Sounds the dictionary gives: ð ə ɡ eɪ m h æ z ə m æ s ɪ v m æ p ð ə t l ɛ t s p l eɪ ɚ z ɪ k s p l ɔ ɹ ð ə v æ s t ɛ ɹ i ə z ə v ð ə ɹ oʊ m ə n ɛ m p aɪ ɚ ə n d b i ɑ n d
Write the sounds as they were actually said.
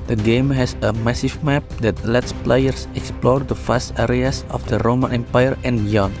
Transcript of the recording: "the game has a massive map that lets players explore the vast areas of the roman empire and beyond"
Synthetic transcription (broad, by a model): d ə ɡ eɪ m h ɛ s ə m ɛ s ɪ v m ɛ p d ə t l ɛ t s p l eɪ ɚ s ɪ k s p l ɔ ɹ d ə f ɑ s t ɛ ɹ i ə s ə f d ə ɹ oʊ m ə n ɛ m p aɪ ɚ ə n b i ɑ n